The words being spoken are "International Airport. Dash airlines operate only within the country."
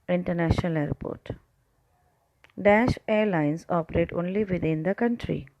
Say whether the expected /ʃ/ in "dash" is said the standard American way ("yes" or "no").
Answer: yes